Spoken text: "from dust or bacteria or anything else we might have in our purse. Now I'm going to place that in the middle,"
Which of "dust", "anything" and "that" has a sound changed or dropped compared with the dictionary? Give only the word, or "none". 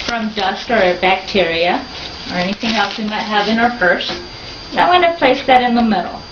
none